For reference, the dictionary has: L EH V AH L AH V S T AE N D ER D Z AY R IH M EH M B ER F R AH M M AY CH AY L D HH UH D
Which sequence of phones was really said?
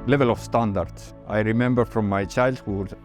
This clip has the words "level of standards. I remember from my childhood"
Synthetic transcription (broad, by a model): L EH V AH L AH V S T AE N D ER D S AY R IH M EH M B ER F R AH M M AY CH AY L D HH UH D